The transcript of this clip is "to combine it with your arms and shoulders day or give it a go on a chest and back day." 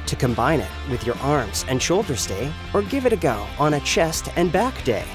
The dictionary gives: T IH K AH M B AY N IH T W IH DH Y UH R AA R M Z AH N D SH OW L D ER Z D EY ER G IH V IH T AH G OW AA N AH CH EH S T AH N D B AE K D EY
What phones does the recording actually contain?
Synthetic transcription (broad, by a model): T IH K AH M B AY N IH T W IH DH Y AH R AA R M Z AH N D SH OW L D ER Z D EY ER G IH V IH T AH G OW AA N AH CH EH S T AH N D B AE K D EY